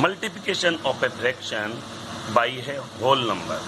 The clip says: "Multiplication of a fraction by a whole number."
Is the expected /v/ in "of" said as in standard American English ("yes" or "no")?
no